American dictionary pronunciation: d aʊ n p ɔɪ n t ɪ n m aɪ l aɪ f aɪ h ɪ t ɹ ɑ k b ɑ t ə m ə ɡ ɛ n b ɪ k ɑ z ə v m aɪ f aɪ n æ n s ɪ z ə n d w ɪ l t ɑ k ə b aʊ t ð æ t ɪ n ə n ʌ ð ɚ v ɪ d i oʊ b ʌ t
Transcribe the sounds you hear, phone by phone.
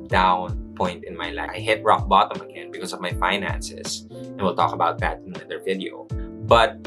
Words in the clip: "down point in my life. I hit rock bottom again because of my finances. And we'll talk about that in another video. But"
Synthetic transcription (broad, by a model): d aʊ n p ɔɪ n t ɪ n m aɪ l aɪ aɪ h ɪ t ɹ ɑ k b ɑ t ə m ə ɡ ɛ n b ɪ k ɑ s ə v m aɪ f aɪ n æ n s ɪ s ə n w ɪ l t ɑ k ə b aʊ t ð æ t ɪ n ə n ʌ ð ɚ v ɪ d i oʊ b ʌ t